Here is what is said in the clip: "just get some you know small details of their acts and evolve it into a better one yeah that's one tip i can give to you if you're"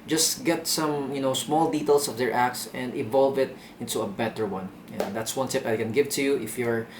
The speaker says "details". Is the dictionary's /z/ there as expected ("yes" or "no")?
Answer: no